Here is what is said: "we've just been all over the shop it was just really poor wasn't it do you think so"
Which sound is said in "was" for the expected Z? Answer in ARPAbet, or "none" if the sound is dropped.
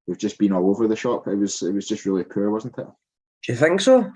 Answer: Z